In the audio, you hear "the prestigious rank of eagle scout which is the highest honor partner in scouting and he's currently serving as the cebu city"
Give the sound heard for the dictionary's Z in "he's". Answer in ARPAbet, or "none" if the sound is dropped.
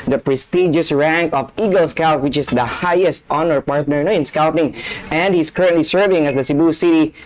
S